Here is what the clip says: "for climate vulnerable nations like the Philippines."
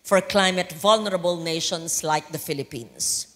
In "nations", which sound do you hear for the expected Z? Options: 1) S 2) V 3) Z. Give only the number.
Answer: 1